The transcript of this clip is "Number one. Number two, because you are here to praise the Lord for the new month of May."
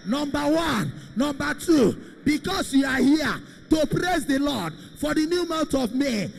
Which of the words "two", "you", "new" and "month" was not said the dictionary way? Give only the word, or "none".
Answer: month